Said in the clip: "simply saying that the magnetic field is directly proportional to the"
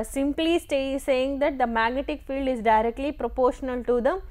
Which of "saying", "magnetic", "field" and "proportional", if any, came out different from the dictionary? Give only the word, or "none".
none